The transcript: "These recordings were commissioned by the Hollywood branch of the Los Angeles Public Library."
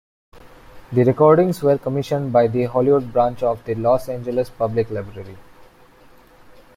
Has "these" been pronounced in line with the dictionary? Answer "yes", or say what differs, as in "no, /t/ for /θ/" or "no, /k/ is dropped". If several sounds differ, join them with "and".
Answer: no, /z/ is dropped